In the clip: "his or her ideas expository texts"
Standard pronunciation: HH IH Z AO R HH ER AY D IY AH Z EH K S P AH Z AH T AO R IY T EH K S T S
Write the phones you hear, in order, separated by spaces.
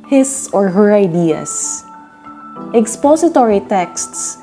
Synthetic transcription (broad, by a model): HH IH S AO R HH ER AY D IY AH S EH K S P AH S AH T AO R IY T EH K S T S